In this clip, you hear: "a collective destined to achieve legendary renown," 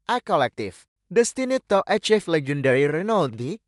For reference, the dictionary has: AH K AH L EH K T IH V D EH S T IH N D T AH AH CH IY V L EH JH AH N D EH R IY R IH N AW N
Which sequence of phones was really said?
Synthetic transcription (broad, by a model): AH K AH L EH K T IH F D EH S T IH N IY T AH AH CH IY F L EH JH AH N D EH R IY R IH N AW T